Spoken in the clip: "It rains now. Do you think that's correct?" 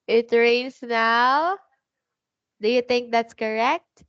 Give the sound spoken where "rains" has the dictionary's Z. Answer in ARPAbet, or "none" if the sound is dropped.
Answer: S